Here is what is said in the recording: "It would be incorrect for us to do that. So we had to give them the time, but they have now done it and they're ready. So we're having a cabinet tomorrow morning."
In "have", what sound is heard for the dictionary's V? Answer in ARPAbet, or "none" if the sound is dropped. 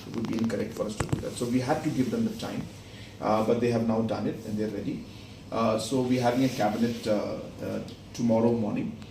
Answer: V